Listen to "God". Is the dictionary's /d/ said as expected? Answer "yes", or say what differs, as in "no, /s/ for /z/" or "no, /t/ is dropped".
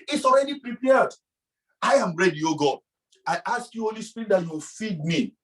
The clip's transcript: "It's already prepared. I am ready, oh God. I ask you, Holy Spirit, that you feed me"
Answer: no, /d/ is dropped